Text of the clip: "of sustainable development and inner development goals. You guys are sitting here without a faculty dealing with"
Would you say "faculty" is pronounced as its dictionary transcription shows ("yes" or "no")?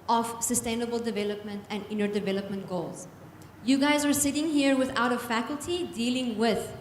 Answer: yes